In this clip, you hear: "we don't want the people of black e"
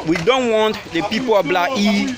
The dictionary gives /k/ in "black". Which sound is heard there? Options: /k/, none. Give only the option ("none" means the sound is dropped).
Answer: none